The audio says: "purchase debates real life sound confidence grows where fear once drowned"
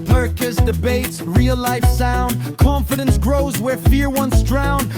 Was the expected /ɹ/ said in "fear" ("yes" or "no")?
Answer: yes